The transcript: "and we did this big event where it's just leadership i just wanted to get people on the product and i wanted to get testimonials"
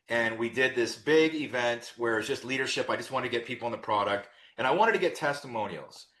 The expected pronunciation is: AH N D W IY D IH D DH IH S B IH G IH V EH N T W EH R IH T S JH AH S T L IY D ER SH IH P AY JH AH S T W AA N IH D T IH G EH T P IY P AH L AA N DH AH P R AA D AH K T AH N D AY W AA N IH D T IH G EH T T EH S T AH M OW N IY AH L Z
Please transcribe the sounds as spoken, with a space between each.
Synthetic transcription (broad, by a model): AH N W IY D IH D DH IH S B IH G IH V EH N T W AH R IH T JH AH S T L IY D ER SH IH P AY JH AH S T W AA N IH T IH G EH T P IY P L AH N DH AH P R AA D AH K T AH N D AY W AA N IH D T IH G EH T T EH S T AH M OW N IY L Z